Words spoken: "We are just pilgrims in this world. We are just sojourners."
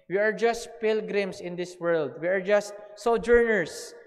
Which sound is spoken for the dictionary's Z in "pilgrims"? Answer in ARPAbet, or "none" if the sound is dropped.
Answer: S